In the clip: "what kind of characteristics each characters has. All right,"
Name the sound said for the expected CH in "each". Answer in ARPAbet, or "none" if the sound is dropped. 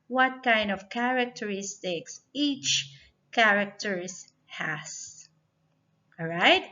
CH